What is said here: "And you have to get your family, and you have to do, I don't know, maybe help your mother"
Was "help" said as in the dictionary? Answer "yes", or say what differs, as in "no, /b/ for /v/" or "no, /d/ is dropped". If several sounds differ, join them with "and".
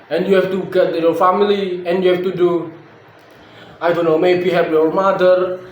no, /l/ is dropped